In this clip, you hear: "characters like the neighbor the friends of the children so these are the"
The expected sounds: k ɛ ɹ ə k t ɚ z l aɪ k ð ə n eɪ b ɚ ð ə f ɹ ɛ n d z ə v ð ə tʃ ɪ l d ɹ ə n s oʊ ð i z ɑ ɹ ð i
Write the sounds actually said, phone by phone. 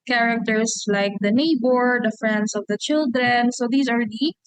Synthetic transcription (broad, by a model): k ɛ ɹ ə k t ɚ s l aɪ k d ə n eɪ b ɚ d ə f ɹ ɛ n d s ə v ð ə tʃ ɪ l d ɹ ə n s oʊ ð i s ɑ ɹ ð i